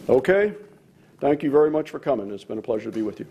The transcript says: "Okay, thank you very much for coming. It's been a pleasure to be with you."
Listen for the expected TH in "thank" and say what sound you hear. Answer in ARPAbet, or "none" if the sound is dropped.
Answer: TH